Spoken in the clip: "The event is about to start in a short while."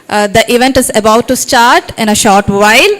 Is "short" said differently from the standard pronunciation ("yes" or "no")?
no